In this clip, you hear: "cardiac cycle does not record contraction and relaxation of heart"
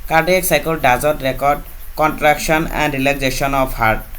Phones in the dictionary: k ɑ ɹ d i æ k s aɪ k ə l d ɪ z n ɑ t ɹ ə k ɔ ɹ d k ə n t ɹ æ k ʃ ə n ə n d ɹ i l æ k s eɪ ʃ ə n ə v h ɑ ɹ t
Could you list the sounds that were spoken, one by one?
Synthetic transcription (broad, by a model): k ɑ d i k s aɪ k ə l d ɪ z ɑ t ɹ ə k ɔ ɹ d k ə n t ɹ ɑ k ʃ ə n ə n d ɹ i l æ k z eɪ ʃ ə n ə p h ɑ ɹ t